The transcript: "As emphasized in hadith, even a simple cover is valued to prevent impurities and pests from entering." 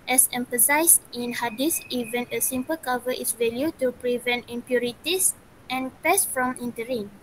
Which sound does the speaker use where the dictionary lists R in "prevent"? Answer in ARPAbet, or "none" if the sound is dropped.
R